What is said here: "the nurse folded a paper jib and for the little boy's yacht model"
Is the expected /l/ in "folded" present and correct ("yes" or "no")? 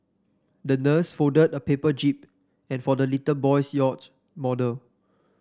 no